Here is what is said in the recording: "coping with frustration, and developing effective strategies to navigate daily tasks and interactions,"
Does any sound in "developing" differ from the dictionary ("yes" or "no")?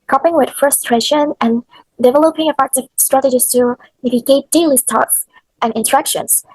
no